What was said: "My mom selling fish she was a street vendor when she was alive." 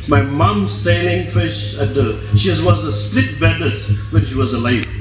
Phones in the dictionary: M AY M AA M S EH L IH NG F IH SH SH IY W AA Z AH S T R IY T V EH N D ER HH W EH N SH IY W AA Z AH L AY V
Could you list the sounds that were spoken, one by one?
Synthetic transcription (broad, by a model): M AY M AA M S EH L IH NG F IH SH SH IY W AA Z AH S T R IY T B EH D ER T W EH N SH IY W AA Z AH L AY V